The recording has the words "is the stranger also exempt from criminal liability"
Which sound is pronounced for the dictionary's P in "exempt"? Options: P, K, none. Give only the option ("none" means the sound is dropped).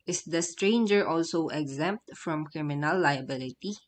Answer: P